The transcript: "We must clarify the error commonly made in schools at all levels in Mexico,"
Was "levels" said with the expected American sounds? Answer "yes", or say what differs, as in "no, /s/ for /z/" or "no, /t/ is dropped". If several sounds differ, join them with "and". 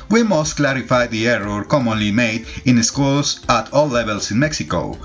no, /s/ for /z/